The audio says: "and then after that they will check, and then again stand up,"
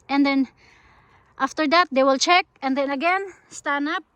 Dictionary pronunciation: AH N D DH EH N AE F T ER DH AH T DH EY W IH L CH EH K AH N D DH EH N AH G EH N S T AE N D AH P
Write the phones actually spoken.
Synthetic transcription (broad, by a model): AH N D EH N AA F T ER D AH T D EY W IH L CH EH K AH N D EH N AH G EH N S T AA N AA P